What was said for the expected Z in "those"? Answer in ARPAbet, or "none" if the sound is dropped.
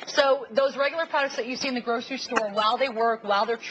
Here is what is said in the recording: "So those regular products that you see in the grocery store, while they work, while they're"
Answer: Z